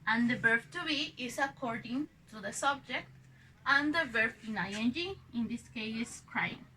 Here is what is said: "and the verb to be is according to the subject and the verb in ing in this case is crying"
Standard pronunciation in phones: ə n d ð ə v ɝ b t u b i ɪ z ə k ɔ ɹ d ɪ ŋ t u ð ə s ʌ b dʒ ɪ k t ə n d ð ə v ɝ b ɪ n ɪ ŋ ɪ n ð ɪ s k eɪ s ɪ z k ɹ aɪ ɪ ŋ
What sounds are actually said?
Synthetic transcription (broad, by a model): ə n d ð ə b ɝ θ t u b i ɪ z ə k ɔ ɹ d ɪ ŋ t u ð ə s ʌ b dʒ ɪ k t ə n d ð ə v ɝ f ɪ n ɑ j ɪ n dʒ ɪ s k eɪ ɪ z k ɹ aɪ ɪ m